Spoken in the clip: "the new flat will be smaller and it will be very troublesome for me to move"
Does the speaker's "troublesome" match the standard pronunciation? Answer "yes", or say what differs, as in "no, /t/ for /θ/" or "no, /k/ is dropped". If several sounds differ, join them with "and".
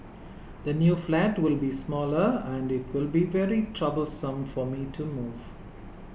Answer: yes